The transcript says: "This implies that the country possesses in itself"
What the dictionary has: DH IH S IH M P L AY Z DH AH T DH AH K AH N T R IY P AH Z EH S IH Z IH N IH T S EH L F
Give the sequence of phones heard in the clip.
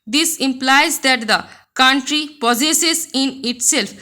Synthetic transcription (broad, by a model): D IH S IH M P L AY Z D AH T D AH K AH N T R IY P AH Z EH S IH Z IH N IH T S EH L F